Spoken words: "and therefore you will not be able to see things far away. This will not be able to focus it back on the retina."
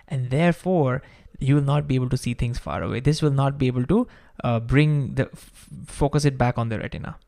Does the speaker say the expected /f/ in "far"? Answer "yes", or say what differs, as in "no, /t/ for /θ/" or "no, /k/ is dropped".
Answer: yes